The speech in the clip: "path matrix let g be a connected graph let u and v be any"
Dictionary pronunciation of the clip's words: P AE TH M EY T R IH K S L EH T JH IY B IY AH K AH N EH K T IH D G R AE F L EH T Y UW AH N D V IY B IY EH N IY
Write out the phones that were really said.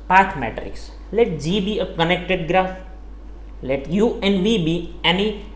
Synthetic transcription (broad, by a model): P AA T M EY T R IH S L EH T JH IY B IY AH K AH N EH K T IH D G R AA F L EH T Y UW AH N D V IY B IY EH N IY